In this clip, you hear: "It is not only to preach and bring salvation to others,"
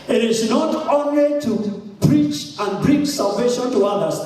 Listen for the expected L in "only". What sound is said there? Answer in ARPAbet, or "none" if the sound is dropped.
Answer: L